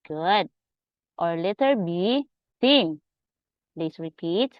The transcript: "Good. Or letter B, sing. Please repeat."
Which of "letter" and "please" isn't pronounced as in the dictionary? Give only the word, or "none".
please